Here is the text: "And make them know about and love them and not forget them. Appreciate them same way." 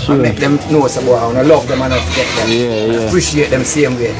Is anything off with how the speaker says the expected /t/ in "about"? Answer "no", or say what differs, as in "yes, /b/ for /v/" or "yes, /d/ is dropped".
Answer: yes, /t/ is dropped